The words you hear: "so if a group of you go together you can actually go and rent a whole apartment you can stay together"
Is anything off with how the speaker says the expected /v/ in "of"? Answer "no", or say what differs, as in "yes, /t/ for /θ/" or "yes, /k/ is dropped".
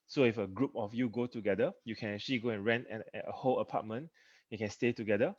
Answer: yes, /f/ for /v/